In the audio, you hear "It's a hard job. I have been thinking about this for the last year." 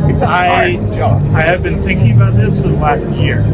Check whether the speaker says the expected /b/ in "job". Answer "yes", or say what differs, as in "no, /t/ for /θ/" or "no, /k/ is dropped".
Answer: no, /b/ is dropped